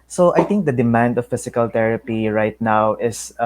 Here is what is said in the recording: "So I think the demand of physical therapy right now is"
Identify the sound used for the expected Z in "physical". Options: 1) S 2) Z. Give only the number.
1